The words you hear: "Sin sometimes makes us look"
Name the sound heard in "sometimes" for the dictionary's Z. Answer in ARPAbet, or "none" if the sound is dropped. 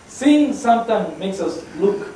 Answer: none